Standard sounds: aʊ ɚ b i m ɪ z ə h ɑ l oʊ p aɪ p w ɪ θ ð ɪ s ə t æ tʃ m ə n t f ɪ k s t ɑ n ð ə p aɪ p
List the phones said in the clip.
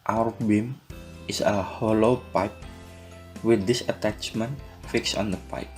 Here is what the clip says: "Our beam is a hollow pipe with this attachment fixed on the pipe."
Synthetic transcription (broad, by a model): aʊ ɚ b i m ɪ s ə h ɑ l oʊ p aɪ p w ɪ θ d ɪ s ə t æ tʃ m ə n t f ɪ k s ɑ n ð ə p aɪ p